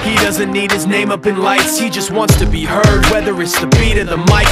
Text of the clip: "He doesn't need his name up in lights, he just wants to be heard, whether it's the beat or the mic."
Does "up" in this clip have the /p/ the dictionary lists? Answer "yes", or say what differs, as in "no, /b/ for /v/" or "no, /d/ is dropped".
yes